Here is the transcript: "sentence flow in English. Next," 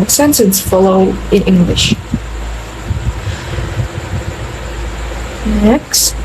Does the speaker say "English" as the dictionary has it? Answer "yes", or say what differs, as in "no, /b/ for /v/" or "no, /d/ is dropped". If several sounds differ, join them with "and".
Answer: yes